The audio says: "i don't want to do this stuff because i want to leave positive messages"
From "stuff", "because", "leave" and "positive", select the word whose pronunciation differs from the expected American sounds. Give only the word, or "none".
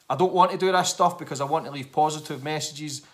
none